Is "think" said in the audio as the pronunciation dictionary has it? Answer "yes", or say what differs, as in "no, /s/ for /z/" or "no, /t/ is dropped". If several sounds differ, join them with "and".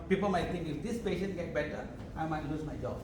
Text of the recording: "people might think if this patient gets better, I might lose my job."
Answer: no, /t/ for /θ/